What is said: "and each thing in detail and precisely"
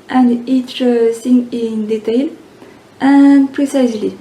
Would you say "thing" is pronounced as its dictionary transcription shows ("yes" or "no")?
no